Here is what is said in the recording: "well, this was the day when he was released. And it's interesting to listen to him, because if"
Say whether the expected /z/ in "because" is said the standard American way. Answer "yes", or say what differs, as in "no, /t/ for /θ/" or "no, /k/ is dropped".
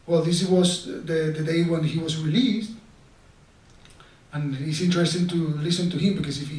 no, /s/ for /z/